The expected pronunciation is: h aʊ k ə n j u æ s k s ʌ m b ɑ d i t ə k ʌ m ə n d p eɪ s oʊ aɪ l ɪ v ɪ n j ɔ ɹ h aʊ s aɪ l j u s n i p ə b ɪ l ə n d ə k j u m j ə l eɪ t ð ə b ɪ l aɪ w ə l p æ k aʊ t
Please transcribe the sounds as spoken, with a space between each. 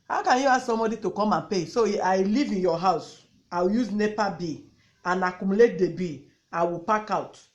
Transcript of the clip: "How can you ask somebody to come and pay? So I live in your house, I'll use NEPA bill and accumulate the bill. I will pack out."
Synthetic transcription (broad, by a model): h aʊ k ə n j u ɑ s s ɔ m b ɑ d i t ə k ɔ m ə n p eɪ s oʊ aɪ l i v ɪ n j ɔ h aʊ s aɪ w j u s n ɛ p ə b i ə n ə k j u m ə l eɪ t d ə b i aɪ w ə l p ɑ k aʊ t